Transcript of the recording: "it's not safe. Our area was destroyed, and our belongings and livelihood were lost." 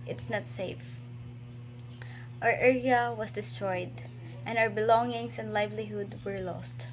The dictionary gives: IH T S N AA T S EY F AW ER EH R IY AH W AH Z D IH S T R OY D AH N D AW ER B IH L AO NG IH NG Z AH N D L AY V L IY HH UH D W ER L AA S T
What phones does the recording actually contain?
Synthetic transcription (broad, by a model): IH T S N AA T S EY F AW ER EH R IY AH W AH S D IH S T R OY D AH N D AW ER B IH L AO NG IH NG S AH N D L AY V L IY HH UH D W ER L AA S T